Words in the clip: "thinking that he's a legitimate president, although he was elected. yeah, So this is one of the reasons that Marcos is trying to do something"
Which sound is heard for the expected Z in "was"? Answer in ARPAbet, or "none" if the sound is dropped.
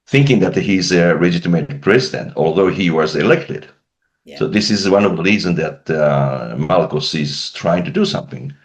Z